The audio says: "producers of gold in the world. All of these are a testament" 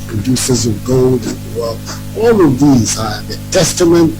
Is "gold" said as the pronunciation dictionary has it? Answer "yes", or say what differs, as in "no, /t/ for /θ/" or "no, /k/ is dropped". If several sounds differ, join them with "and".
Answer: yes